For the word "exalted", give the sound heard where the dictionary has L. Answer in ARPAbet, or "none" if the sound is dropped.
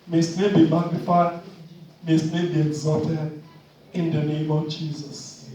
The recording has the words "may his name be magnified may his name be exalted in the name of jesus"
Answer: none